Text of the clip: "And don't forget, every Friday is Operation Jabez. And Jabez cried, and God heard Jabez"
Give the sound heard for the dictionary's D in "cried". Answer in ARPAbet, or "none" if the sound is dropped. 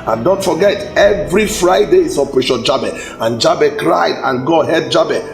D